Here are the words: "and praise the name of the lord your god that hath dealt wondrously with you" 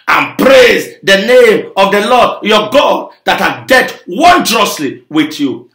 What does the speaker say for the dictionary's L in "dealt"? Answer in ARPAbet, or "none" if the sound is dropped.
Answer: none